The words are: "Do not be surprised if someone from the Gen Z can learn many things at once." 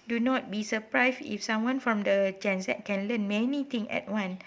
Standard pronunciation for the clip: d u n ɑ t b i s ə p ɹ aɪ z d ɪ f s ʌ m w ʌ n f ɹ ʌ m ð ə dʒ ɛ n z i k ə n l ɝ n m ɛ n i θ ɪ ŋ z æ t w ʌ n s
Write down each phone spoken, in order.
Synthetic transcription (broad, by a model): d u n ɑ t b i s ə p ɹ aɪ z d ɪ f s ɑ m w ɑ n f ɹ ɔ m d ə dʒ ɛ n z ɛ k ə n l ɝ n m ɛ n i t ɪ ŋ ɛ t w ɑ n